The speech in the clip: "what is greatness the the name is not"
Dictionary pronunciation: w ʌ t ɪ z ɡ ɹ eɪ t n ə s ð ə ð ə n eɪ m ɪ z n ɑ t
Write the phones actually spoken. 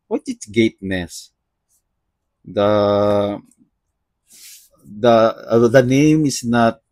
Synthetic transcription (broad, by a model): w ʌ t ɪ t ɡ eɪ t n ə s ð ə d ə n eɪ m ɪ s n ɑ t